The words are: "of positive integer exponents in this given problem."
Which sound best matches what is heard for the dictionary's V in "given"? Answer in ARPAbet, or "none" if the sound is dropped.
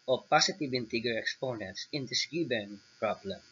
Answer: B